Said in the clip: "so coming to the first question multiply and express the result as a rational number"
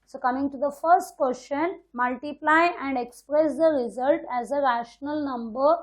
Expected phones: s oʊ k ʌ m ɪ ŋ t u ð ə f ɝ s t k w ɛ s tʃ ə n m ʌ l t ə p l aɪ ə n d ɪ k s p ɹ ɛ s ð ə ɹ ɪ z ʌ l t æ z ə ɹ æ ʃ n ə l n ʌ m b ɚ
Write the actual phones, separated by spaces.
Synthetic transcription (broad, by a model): s oʊ k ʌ m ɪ ŋ t u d ə f ɝ s t k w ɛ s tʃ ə n m ʌ l t ə p l aɪ ə n d ɪ k s p ɹ ɛ s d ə ɹ ɪ z ʌ l t æ z ə ɹ æ ʃ n ə l n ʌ m b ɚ